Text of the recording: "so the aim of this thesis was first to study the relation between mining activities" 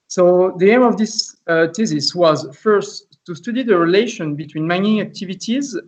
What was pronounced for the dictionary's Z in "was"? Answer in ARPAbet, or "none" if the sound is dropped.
Z